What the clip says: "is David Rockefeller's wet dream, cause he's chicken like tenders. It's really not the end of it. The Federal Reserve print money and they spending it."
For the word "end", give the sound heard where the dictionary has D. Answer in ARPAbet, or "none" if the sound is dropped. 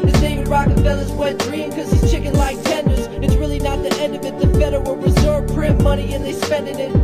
D